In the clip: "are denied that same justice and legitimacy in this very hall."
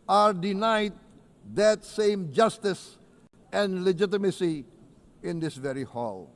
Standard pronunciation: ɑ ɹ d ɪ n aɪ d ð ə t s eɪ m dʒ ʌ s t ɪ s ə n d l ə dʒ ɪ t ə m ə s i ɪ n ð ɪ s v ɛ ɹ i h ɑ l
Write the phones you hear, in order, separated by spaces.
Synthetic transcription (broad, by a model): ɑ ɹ d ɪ n aɪ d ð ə t s eɪ m dʒ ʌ s t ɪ s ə n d l ə dʒ ɪ t ə m ə s i ɪ n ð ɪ s v ɛ ɹ i h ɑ l